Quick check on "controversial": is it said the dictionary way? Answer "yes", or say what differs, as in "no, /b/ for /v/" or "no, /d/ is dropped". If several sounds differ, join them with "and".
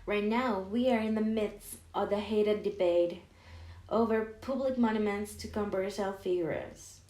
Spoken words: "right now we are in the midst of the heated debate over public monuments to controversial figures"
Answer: no, /s/ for /ʃ/